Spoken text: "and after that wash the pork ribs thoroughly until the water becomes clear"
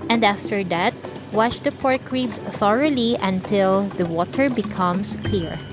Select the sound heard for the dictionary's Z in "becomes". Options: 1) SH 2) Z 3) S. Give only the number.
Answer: 3